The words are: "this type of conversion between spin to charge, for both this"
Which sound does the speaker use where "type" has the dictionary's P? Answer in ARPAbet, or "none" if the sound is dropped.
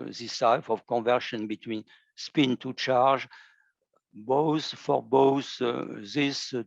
F